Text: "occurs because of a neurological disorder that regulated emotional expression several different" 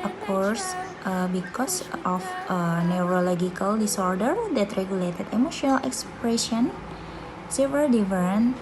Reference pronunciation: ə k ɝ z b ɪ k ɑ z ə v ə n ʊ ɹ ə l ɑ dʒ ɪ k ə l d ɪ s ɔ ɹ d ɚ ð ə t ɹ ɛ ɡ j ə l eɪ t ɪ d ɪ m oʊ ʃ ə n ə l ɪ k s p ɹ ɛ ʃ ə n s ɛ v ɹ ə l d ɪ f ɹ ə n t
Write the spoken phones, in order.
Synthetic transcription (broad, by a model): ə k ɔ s b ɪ k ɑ s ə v ə n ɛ ɹ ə l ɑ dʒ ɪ k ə l d ɪ s ɔ ɹ d ɚ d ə t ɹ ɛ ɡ j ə l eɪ t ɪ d ɪ m oʊ ʃ ə n ə l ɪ k s p ɹ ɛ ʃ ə n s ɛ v ə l d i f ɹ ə n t